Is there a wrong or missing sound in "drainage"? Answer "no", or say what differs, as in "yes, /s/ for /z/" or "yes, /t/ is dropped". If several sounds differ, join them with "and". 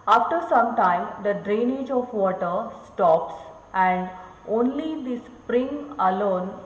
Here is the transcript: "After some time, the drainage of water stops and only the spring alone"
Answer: no